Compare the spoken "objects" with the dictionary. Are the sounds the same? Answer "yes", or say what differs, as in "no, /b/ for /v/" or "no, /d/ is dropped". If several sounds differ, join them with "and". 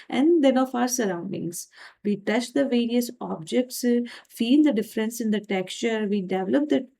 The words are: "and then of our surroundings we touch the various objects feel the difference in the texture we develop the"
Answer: yes